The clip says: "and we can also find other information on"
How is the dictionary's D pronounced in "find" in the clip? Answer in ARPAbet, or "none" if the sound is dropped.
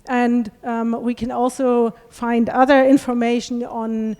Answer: D